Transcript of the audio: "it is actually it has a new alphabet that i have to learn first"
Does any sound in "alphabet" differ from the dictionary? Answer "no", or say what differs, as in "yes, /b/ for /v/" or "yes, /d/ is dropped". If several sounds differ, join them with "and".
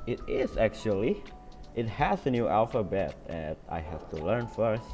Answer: no